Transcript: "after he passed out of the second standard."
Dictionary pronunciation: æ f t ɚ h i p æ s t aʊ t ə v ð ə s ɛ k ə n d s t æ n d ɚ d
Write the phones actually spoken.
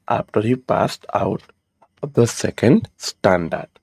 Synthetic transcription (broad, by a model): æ f t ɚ h i p æ s t aʊ t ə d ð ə s ɛ k ə n d s t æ n d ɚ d